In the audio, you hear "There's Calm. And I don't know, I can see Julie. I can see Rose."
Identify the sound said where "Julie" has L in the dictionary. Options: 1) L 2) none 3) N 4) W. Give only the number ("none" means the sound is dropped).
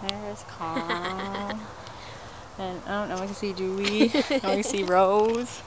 2